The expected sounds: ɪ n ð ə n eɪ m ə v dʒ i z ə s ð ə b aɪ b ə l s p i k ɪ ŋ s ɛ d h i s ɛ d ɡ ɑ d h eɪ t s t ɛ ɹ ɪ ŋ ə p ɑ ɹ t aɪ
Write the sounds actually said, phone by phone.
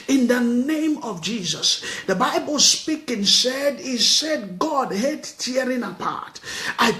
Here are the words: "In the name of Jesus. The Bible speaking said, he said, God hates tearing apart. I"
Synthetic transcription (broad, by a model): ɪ n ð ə n eɪ m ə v dʒ i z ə s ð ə b aɪ b ə l s p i k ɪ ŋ s ɛ d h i s ɛ d ɡ ɑ d h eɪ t t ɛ ɹ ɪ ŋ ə p ɑ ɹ t aɪ